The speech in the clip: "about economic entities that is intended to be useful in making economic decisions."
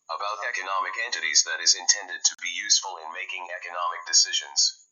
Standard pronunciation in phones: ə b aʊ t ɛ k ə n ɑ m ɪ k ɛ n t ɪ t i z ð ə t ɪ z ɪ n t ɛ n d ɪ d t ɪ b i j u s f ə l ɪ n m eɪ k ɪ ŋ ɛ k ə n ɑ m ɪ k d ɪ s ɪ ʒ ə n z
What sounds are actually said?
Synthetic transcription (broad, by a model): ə b aʊ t ɛ k ə n ɑ m ɪ k ɛ n t ɪ t i z ð ə t ɪ z ɪ n t ɛ n d ɪ d t ɪ b i j u s f ə l ɪ n m eɪ k ɪ ŋ ɛ k ə n ɑ m ɪ k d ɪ s ɪ ʒ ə n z